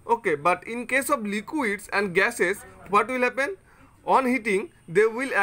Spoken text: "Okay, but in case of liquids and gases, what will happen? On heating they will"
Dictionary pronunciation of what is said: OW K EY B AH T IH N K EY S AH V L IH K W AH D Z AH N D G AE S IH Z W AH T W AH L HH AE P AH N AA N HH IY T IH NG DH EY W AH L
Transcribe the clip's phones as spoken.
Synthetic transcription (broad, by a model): OW K EY B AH T IH N K EY S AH B L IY K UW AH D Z AH N D G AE S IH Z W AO T W AH L HH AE P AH N AA N HH IY T IH NG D EY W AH L